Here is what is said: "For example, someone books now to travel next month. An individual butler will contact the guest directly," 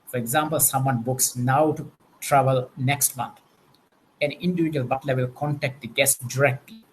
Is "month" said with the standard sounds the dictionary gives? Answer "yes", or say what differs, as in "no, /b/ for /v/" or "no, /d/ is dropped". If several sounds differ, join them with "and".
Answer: no, /t/ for /θ/